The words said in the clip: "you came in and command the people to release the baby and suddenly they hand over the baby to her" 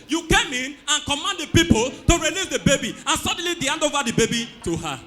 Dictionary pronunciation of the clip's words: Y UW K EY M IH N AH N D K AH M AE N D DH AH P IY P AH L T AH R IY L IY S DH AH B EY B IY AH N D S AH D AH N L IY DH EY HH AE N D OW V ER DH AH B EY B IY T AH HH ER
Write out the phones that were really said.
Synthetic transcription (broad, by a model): Y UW K EY M IH N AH N K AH M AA N D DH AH P IY P AH L T AH R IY N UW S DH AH B EY B IY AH N S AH D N L IY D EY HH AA N D OW V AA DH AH B EY B IY T AH HH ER